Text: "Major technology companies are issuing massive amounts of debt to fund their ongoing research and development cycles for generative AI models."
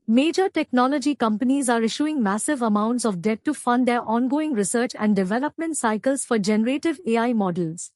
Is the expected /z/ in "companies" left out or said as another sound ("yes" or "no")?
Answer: no